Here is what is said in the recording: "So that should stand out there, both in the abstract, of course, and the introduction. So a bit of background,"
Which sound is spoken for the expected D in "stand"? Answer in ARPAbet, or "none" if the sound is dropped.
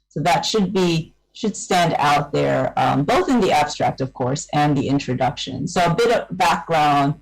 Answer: D